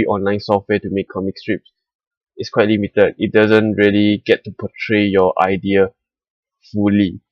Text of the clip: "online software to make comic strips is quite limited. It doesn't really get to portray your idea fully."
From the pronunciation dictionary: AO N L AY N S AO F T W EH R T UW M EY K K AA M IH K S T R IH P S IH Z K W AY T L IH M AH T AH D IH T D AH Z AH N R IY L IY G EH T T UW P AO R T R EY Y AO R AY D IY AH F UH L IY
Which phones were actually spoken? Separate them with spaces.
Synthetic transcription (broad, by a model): AO N L AY N S AO F T W EH T UW M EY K K AA M IH K S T R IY P S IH S K W AY T L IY M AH T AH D IH T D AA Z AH N R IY L IY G EH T T UW P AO T R EY Y AO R AY D IY AH F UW L IY